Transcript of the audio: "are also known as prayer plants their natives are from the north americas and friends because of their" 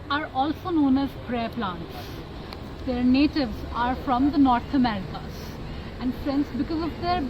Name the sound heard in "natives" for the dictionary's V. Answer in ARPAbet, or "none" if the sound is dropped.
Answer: V